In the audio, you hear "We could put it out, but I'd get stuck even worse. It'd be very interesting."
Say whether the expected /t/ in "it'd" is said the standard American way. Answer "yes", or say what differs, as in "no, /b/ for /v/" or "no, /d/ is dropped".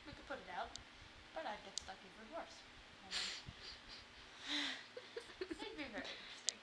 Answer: no, /s/ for /t/